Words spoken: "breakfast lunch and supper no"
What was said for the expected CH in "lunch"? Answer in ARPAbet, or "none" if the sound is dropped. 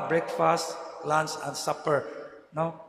S